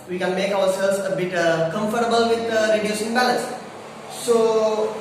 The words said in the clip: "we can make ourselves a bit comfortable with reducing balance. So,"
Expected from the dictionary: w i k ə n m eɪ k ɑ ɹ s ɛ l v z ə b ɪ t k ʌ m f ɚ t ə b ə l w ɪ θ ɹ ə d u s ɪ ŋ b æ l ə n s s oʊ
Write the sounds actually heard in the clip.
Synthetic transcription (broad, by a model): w i k ə n m eɪ k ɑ w s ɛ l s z ə b ɪ t k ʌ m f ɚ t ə b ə l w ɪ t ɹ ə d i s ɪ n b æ l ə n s s oʊ